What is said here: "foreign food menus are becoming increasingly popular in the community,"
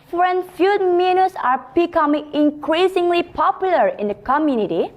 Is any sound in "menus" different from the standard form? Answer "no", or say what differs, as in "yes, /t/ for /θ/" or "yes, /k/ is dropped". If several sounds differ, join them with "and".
yes, /s/ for /z/